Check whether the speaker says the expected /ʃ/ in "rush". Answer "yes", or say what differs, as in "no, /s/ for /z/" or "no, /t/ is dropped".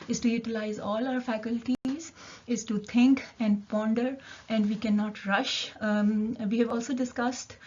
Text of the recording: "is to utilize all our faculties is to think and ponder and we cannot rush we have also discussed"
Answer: yes